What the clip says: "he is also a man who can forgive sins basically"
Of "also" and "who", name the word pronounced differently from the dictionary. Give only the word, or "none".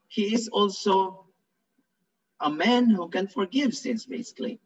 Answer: none